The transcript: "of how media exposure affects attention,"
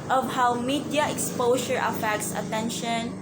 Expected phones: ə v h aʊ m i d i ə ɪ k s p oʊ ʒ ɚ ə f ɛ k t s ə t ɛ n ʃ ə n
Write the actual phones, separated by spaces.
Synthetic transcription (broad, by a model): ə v h aʊ m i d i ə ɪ k s p oʊ ʃ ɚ ə f ɛ k t s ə t ɛ n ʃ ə n